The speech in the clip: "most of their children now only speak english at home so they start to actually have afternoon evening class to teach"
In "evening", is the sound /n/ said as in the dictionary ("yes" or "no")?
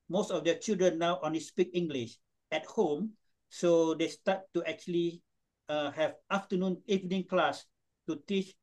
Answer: yes